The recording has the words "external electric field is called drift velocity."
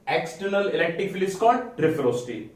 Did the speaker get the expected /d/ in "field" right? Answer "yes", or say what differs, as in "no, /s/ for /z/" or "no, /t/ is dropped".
no, /d/ is dropped